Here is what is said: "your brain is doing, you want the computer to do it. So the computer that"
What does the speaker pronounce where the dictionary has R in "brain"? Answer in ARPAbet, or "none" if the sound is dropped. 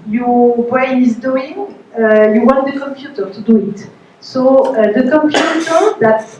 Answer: none